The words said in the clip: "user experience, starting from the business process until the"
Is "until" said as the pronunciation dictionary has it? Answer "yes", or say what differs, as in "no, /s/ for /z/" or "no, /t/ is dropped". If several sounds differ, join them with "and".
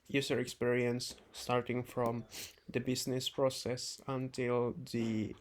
yes